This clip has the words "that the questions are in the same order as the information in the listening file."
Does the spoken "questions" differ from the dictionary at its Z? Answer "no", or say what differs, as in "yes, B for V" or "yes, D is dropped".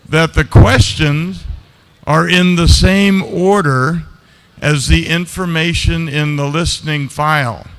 no